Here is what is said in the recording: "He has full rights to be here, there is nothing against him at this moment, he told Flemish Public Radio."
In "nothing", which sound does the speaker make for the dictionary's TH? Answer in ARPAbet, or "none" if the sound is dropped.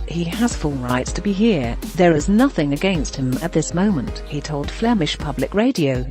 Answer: TH